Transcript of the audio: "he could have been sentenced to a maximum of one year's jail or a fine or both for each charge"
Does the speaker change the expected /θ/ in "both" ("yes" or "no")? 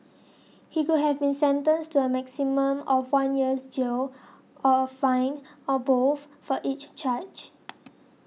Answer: yes